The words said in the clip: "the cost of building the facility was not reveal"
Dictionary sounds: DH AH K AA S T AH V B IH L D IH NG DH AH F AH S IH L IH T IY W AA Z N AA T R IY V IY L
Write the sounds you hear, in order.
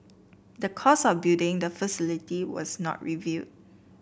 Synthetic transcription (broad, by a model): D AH K AA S AH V B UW D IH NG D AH F AH S IH L IH T IY W AA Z N AA T R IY V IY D